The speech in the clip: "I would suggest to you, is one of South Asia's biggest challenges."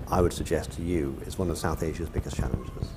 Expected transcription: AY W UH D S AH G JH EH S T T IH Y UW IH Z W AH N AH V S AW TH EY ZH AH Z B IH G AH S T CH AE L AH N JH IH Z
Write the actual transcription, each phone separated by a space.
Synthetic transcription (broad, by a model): AY W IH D S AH G JH EH S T T IH Y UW IH Z W AH N AH V S AW TH EY ZH AH Z B IH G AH S CH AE L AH N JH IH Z